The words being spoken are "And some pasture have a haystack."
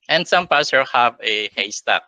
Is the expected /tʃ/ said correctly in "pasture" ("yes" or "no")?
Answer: no